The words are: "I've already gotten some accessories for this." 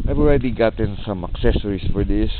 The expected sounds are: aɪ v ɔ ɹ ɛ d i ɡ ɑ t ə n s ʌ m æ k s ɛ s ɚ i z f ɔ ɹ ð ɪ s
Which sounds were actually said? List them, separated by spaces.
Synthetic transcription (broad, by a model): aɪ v ɔ ɹ ɛ d i ɡ ɑ t ə n s ʌ m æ k s ɛ s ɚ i s f ɔ ɹ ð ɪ s